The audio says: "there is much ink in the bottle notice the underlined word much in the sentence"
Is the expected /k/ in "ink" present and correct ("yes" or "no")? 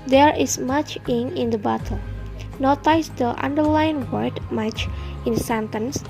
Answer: no